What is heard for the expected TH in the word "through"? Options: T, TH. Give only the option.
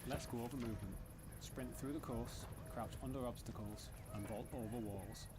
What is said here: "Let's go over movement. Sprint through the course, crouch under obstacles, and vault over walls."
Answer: TH